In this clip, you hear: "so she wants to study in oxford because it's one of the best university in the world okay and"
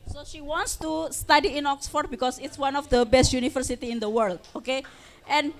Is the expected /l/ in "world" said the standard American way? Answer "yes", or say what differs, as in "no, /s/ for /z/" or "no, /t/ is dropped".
yes